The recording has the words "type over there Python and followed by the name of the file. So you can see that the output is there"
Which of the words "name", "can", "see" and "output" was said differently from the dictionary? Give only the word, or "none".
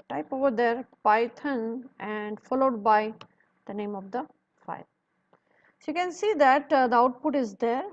none